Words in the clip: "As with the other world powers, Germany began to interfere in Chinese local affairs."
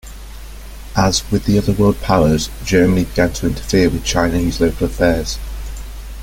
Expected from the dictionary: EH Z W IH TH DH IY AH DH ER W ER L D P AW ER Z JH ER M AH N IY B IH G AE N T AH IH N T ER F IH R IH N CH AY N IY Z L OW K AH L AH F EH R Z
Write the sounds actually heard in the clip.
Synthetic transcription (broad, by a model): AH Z W IH DH IY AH DH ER W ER L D P AW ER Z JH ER M AH N IY B IH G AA N T AH IH N T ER F IH W IH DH CH AY N IY Z L OW K AH L AH F EH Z